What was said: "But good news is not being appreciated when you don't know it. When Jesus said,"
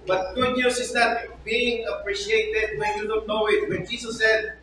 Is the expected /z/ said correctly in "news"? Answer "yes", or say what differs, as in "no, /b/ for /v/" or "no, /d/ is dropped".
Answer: no, /s/ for /z/